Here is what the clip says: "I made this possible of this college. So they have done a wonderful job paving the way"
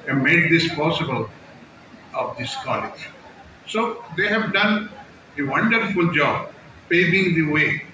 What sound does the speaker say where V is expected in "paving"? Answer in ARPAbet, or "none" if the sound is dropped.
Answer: B